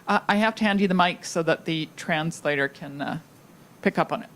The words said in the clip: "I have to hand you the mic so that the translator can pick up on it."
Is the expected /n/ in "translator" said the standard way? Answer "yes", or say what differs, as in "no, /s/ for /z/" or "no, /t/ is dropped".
yes